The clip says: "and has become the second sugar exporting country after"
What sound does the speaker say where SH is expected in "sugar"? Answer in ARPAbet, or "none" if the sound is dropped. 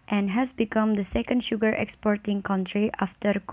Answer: SH